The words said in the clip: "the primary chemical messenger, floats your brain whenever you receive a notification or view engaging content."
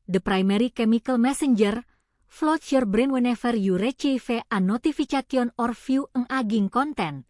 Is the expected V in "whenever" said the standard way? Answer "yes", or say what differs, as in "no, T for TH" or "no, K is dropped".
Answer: no, F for V